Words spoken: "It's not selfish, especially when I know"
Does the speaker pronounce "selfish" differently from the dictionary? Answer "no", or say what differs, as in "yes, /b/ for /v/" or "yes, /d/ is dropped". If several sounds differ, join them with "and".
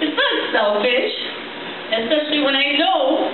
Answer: no